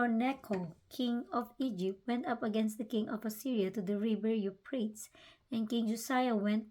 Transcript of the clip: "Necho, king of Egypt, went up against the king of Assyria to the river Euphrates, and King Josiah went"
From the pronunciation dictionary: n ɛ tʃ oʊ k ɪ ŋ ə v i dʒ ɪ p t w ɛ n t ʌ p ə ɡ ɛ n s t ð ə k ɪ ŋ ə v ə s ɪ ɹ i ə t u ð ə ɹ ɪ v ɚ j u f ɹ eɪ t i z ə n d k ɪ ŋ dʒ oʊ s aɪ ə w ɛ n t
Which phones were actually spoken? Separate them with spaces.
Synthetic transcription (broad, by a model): n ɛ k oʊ k ɪ ŋ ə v i dʒ ɪ p t w ɛ n t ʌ p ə ɡ ɛ n s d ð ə k ɪ ŋ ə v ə s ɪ ɹ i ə t u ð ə ɹ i b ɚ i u p ɹ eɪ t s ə n k ɪ ŋ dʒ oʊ s aɪ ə w ɛ n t